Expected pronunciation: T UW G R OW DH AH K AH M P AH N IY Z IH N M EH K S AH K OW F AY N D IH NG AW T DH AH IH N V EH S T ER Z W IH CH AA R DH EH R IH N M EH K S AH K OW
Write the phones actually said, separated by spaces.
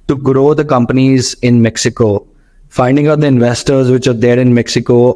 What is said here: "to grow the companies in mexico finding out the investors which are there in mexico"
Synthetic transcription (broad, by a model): T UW G R OW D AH K AH M P AH N IY Z IH N M EH K S AH K OW F AY N D IH NG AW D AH IH N V EH S T ER Z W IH CH AA R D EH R IH N M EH K S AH K OW